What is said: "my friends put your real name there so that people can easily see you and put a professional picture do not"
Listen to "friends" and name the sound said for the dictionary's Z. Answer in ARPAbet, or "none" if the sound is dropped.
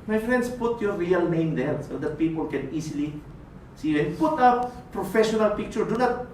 S